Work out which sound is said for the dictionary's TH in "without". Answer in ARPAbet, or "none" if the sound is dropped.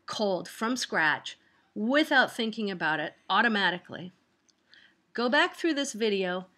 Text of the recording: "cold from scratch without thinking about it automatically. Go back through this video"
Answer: TH